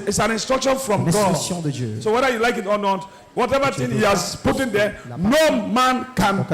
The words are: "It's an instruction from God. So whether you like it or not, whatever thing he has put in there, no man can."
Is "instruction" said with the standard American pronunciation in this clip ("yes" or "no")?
yes